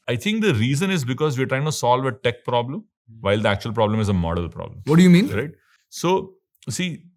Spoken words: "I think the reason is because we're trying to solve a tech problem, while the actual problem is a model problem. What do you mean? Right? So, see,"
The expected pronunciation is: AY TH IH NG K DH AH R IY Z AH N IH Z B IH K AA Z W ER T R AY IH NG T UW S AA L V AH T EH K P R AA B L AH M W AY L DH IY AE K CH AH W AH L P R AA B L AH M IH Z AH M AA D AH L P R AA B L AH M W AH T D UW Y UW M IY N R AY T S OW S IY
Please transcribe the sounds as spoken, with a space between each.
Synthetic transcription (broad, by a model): AY T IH NG K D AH R IY Z AH N IH Z B IH K AA Z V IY T R AY IH NG T UW S AA L V AH T EH K P R AA B L AH M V AY L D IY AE K CH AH AH L P R AA B L AH M IH Z AH M AA D AH L P R AA B L AH M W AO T D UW Y UW M IY N R AY T S OW S IY